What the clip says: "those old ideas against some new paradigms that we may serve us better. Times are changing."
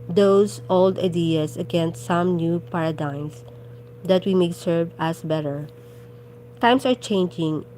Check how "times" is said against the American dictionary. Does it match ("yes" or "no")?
no